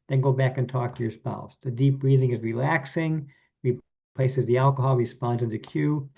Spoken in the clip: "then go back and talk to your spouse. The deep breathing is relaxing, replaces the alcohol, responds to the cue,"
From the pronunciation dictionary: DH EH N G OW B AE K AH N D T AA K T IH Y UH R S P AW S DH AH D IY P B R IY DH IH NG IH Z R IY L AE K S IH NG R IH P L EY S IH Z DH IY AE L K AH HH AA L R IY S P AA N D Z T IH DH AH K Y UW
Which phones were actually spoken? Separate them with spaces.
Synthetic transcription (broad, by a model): DH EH N G OW B AE K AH N T AA K T IH Y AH R S P AW S DH AH D IY P B R IY DH IH NG IH Z R IY L AE K S IH NG R IH P L EY S IH Z DH IY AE L K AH HH AA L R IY S P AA N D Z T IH DH AH K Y UW